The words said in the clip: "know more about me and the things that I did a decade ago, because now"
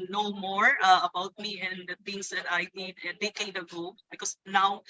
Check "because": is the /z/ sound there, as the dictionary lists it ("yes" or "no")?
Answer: no